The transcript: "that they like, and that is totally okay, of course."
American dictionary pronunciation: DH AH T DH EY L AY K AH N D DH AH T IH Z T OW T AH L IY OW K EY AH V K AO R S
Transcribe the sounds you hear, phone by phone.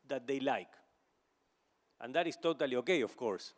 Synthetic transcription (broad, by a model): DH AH T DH EY L AY K AH N D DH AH T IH S T OW T AH L IY OW K EY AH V K AO R S